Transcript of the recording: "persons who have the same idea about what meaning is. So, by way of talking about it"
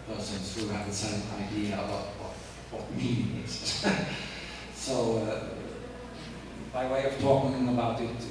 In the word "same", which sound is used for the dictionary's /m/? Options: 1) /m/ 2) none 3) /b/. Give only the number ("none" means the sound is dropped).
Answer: 2